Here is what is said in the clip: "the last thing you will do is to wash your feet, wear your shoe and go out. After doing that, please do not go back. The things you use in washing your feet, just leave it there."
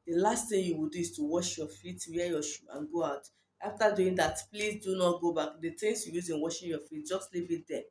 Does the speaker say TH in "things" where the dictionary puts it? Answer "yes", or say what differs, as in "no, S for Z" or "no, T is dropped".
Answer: no, T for TH